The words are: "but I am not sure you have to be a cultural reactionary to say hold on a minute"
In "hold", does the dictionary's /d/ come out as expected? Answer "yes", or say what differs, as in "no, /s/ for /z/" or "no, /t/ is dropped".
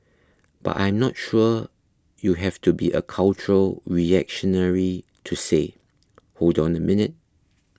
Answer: yes